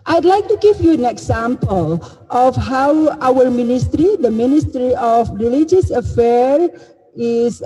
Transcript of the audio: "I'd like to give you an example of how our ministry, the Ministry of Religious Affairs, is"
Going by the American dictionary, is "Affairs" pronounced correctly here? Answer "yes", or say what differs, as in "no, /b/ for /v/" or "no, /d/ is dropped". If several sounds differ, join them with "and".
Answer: no, /z/ is dropped